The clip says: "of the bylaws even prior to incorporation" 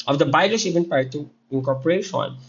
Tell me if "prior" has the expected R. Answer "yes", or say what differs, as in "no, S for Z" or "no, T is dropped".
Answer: no, R is dropped